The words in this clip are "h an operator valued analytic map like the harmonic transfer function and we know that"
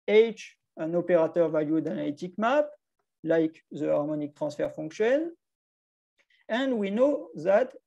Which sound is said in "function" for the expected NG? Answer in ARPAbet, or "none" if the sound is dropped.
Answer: none